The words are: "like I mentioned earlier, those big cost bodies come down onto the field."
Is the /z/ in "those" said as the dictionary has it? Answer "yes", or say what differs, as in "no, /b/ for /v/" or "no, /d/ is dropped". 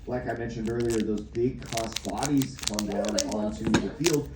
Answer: yes